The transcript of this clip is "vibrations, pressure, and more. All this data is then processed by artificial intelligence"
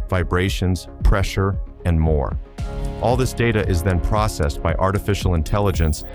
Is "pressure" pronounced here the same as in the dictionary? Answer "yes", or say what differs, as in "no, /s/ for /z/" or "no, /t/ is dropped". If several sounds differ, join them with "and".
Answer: yes